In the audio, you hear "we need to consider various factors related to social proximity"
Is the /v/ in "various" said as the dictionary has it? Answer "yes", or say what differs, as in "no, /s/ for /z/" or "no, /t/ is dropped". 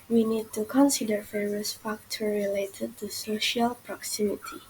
no, /f/ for /v/